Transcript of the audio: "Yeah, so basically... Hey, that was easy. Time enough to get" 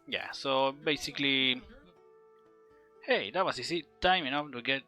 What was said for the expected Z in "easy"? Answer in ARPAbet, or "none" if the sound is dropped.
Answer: S